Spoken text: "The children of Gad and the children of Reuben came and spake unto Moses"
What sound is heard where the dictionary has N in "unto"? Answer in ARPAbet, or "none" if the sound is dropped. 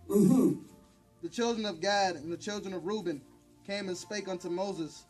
N